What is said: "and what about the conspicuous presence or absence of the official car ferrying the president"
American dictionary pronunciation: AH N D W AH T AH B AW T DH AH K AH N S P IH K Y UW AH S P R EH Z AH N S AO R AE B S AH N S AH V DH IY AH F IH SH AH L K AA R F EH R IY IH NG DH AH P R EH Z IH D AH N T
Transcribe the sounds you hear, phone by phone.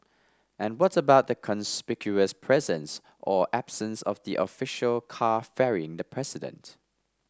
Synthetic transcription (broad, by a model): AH N W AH T AH B AW T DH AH K AH N S P IH K Y UW AH S P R EH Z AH N S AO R AE B S AH N S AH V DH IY AH F IH SH AH L K AA F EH R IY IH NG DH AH P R EH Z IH D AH N T